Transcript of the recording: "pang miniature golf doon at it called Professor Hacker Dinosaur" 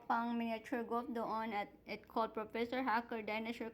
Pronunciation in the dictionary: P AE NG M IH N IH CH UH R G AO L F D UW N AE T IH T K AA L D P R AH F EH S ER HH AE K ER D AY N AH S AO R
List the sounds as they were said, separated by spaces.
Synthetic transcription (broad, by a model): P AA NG M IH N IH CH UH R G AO F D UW N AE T IH T K AA L D P R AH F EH S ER HH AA K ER D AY N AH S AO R